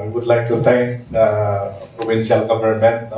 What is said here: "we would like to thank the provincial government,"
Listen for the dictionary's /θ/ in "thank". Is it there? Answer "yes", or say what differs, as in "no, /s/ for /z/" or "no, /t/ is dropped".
no, /t/ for /θ/